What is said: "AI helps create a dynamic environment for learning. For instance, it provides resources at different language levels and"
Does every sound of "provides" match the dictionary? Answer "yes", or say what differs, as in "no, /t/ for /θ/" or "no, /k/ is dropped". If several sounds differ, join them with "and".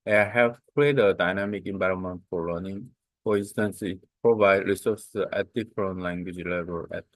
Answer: no, /z/ is dropped